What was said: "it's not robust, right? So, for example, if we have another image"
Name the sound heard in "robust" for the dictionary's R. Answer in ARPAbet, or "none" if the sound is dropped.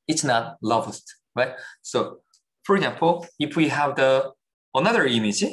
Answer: L